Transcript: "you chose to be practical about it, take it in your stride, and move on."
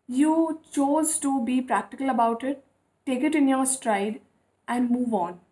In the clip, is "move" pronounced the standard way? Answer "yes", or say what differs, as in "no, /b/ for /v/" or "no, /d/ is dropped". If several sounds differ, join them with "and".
yes